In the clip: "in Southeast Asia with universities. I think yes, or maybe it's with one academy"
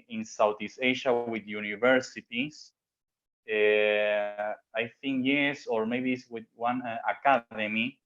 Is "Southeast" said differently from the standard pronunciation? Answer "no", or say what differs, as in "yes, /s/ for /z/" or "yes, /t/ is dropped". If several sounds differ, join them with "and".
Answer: yes, /t/ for /θ/ and /t/ is dropped